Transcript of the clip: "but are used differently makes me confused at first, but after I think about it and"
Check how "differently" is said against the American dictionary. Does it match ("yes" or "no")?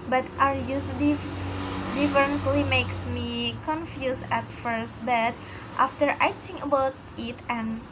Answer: no